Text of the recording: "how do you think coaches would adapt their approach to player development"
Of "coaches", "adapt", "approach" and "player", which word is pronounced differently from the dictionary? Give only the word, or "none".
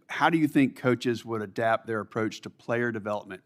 none